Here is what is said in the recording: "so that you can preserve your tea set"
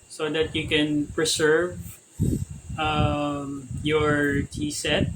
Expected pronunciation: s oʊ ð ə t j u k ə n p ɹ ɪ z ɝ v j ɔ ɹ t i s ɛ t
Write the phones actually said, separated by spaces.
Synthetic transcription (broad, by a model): s oʊ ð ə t j u k ə n p ɹ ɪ s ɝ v j ɔ ɹ t i s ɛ t